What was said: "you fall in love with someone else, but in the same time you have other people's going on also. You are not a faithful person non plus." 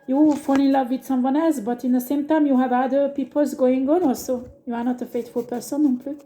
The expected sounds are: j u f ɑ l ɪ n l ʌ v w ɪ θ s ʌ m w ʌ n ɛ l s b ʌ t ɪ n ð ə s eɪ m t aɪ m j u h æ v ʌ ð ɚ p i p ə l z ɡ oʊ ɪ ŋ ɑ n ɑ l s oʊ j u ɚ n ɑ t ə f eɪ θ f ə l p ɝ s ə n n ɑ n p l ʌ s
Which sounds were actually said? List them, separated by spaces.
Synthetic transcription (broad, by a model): j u f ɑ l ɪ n l ʌ v w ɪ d s ʌ m w ʌ n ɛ l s b ʌ t ɪ n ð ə s eɪ m t aɪ m j u h æ v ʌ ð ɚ p i p ə l z ɡ oʊ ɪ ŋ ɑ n ɑ l s oʊ j u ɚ n ɑ t ə f eɪ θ f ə l p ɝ s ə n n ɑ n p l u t